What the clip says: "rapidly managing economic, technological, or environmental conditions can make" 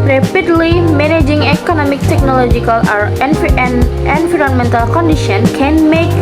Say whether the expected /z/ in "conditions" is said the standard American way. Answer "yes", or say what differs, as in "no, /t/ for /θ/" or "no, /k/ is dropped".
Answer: no, /z/ is dropped